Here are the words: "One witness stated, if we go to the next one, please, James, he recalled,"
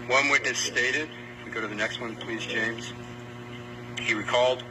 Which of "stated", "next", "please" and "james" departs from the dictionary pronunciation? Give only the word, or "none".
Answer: none